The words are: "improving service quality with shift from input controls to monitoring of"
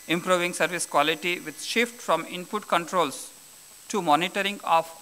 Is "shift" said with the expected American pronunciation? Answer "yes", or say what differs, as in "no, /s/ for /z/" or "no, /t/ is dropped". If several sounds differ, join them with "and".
yes